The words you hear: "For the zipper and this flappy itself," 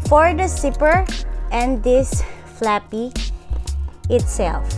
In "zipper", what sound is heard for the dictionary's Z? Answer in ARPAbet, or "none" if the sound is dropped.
S